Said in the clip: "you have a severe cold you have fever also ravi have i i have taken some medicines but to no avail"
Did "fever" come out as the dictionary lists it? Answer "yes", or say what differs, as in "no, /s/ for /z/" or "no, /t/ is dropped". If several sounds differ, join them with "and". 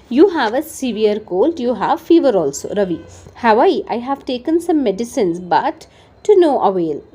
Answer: yes